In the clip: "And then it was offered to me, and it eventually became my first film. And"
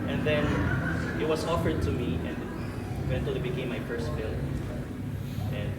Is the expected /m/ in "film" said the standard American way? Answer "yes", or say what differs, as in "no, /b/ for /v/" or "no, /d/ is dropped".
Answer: no, /m/ is dropped